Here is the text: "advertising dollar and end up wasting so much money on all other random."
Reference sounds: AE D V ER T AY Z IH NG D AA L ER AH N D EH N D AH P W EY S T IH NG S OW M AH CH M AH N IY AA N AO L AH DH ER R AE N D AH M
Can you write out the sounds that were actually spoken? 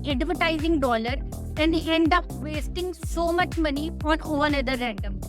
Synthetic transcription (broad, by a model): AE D V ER T AY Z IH NG D AA L ER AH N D EH N D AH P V EY S T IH NG S OW M AH CH M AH N IY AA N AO N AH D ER R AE N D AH M